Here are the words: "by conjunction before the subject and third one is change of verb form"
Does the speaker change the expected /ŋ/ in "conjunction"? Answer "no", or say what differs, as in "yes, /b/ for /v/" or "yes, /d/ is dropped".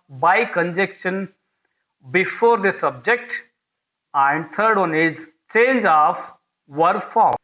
yes, /ŋ/ is dropped